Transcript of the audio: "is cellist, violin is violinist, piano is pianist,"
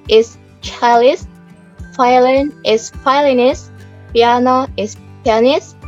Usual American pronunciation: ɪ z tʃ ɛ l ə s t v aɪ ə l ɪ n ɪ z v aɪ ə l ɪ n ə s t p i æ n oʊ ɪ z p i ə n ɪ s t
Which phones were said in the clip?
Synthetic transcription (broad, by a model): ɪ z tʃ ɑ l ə s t f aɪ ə l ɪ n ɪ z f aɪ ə l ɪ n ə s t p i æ n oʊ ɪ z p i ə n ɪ s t